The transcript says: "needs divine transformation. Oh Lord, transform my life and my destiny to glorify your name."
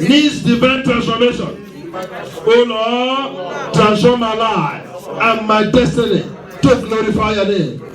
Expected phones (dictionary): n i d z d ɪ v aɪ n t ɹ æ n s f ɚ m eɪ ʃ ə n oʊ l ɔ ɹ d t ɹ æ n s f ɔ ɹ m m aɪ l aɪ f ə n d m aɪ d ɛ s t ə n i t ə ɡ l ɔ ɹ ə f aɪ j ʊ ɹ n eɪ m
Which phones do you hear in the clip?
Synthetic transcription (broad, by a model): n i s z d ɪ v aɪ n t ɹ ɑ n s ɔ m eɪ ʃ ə n oʊ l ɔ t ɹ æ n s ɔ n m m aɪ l aɪ ə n m aɪ d ɛ s t ə n i t ə ɡ l ɔ ɹ ə f aɪ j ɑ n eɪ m